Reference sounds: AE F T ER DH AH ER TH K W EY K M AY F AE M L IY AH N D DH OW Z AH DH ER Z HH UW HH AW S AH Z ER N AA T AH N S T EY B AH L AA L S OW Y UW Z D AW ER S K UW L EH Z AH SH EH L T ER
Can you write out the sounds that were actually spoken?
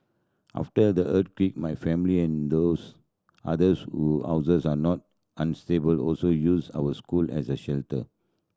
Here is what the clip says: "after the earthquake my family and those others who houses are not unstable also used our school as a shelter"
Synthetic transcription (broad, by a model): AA F T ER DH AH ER T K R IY K M AY F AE M L IY AH N D OW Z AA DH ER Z HH UW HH AW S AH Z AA N AA T AH N S T EY B AH L AA L S OW Y UW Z AW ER S K UW L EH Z AH SH EH L T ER